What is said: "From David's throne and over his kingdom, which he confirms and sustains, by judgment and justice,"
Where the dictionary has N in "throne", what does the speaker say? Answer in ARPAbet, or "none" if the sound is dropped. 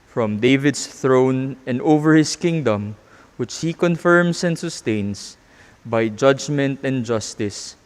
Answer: N